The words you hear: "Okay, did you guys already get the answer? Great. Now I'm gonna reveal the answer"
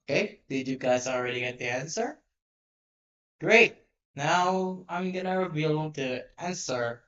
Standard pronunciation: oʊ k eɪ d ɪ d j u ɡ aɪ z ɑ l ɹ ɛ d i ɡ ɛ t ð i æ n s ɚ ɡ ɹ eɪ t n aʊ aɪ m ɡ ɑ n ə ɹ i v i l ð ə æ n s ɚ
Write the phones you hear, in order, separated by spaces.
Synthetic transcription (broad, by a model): k eɪ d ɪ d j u ɡ aɪ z ɑ l ɹ ɛ d i ɡ ɛ t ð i æ n s ɚ ɡ ɹ eɪ t n aʊ aɪ m ɡ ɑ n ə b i b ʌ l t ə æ n s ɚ